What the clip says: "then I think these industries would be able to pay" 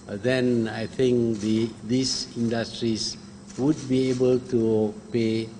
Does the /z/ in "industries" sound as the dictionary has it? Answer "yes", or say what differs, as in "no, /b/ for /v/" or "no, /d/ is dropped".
no, /s/ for /z/